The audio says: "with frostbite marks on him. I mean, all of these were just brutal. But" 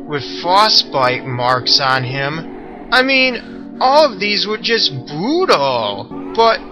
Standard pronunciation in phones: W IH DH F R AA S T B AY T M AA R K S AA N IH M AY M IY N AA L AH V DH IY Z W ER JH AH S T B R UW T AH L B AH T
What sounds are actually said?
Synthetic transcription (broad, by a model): W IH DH F AA S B AY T M AA R K S N IH M AY M IY N AA L AH V DH IY Z W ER JH AH S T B UW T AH L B AH T